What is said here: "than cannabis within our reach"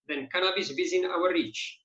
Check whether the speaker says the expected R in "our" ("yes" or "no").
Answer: no